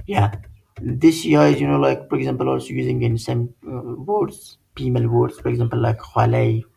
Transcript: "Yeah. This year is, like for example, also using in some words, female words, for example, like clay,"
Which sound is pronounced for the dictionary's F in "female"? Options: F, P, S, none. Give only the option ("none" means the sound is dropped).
P